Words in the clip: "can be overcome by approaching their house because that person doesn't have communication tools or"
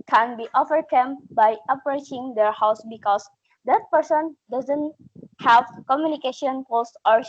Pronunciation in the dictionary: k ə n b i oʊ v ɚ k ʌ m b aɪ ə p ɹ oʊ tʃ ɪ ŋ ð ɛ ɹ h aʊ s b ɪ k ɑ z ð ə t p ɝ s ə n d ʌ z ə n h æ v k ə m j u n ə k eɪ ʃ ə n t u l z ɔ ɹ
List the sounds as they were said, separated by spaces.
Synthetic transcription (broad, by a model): k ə n b i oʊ f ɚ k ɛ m b aɪ ə p ɹ oʊ tʃ ɪ ŋ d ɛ ɹ h aʊ s b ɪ k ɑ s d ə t p ɝ s ə n d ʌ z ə n h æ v k ə m j u n ə k eɪ ʃ ə n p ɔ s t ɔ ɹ